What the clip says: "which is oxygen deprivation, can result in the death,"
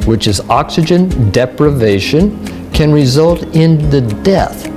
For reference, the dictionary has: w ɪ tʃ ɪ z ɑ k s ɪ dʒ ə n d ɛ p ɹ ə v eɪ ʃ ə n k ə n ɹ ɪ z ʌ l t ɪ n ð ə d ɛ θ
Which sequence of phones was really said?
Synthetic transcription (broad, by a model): w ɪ tʃ ɪ z ɑ k s ɪ dʒ ə n d ɛ p ɹ ə v eɪ ʃ ə n k ə n ɹ ɪ z ʌ l t ɪ n ð ə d ɛ θ